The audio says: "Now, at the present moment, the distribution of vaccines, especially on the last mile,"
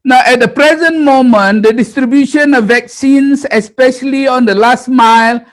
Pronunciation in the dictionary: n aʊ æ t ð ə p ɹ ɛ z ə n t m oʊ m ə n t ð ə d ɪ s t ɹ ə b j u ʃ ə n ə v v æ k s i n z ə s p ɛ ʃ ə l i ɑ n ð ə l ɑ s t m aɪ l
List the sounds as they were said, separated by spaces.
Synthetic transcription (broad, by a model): n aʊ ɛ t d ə p ɹ ɛ z ə n t m oʊ m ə n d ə d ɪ s t ɹ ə b j u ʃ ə n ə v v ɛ k s i n s ə s p ɛ ʃ ə l i ɑ n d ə l ɑ s t m aɪ l